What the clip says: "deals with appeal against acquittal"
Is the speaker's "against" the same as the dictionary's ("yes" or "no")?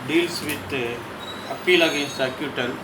no